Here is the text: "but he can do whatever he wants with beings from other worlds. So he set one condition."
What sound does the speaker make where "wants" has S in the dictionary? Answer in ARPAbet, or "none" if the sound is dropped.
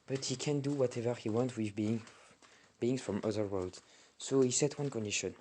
none